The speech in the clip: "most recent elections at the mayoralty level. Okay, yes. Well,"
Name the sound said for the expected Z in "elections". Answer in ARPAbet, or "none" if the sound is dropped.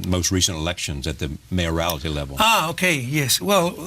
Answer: Z